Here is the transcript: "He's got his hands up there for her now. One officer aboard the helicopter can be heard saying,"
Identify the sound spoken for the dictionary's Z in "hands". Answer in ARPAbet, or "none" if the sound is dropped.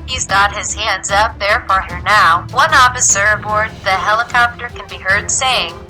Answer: Z